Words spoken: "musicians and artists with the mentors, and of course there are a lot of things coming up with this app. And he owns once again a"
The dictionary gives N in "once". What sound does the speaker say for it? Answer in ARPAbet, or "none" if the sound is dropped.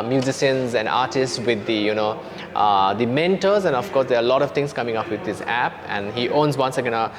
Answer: N